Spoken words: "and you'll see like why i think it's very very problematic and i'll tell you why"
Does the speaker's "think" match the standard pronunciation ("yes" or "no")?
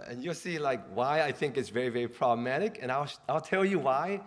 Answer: yes